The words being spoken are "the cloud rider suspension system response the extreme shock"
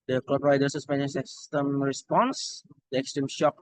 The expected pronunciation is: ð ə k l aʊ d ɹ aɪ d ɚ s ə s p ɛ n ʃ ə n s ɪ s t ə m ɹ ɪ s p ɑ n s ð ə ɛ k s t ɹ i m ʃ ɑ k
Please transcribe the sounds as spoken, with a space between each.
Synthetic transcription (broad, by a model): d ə k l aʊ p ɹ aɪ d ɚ s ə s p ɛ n ə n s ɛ s t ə m ɹ ɪ s p ɑ n s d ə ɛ k s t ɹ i m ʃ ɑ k